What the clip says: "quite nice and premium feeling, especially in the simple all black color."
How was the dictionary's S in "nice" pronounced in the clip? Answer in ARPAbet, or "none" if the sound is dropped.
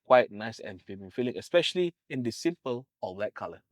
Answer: S